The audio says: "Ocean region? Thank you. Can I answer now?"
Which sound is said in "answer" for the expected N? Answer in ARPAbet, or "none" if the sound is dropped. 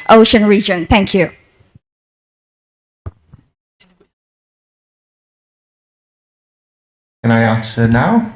none